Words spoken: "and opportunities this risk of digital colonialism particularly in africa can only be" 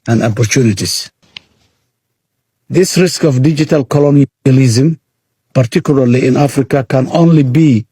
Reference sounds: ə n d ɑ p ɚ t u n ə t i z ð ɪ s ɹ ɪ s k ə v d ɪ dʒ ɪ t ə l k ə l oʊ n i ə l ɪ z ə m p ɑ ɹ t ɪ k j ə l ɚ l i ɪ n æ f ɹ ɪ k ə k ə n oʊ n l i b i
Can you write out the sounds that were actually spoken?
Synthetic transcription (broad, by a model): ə n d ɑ p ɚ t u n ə t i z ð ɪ s ɹ ɪ s k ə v d ɪ dʒ ɪ t ə l k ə l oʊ n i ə l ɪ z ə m p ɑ ɹ t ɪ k j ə l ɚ l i ɪ n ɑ f ɹ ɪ k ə k ə n oʊ n l i b i